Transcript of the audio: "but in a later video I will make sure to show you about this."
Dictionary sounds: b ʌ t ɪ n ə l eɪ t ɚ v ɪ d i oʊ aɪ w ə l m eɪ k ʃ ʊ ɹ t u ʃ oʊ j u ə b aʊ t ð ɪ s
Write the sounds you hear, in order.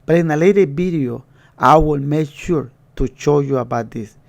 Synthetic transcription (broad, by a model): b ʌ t ɪ n ə l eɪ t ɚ b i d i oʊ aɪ w ə l m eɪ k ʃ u ɹ t u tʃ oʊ j u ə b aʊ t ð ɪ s